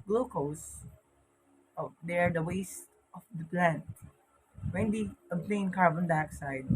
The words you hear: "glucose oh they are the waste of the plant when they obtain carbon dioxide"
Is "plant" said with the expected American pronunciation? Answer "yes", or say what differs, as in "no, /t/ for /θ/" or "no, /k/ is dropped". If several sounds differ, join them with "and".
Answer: yes